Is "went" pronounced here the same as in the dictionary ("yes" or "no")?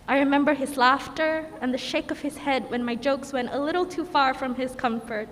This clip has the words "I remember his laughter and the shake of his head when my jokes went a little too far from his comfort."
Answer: yes